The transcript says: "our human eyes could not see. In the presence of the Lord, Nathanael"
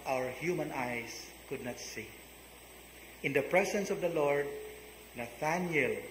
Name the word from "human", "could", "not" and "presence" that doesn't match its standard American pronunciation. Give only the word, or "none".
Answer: presence